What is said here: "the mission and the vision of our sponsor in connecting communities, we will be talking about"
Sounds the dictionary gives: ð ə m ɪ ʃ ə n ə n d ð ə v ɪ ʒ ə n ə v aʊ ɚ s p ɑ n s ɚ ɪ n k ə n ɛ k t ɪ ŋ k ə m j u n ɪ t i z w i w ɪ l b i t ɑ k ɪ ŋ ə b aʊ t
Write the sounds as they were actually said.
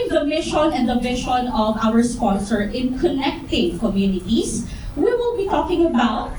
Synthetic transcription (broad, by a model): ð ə m ɪ ʃ ə n ə n d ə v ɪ ʃ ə n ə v aʊ ɚ s p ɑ n s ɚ ɪ n k ə n ɛ k t ɪ ŋ k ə m j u n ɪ t i s w i w ɪ l b i t ɑ k ɪ ŋ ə b aʊ t